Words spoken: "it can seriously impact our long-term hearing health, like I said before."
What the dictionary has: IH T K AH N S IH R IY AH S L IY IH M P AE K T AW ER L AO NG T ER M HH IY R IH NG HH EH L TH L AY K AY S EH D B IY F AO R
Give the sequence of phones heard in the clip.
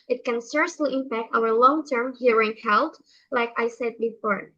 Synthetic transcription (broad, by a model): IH T K AH N S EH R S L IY IH M P AE K T AW ER L AO NG T ER M HH IY R IH NG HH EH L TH L AY K AY S EH D B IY F AO R